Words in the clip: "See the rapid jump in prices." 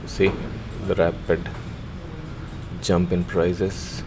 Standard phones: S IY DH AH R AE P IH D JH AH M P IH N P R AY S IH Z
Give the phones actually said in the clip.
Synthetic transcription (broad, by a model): S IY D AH R AE P IH D JH AH M P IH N P R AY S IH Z